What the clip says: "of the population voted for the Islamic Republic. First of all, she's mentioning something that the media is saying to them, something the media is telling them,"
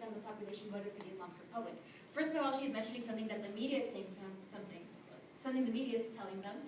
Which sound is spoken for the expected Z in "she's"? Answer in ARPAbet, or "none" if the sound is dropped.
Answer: Z